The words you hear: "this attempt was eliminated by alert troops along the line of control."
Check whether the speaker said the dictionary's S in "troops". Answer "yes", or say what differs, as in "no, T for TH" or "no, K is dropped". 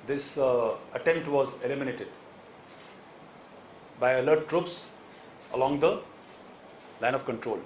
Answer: yes